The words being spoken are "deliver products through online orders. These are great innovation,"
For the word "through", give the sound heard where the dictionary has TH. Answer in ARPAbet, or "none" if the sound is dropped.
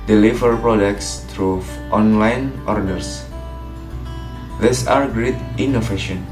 T